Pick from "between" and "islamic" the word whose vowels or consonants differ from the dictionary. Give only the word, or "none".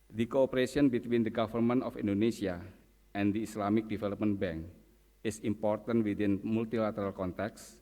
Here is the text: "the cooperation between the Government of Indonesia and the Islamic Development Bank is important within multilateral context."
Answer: islamic